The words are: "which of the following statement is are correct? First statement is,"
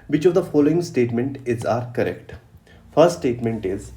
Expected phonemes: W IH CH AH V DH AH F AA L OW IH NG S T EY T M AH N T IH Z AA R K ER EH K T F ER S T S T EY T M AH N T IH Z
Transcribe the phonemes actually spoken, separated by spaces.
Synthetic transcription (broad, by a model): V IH CH AH V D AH F AA L OW IH NG S T EY T M AH N T IH Z AA R K ER EH K T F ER S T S T EY T M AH N T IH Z